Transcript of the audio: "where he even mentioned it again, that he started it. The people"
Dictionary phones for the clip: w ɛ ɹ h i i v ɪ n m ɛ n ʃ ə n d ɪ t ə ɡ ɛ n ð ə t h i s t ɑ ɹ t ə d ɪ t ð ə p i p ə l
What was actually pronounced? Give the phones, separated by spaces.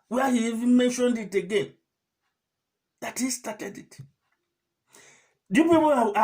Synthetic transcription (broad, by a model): w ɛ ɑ h i i v ɪ n m ɛ n ʃ ə n d ɪ t ə ɡ ɛ n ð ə t h i s t ɑ t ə d ɪ t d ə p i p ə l